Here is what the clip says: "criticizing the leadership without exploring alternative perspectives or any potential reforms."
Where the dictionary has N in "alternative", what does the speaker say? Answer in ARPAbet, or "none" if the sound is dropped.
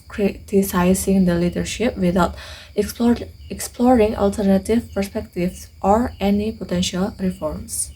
N